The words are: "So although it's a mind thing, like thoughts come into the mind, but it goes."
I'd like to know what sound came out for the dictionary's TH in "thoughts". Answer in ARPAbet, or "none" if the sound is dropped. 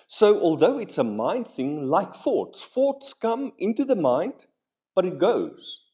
F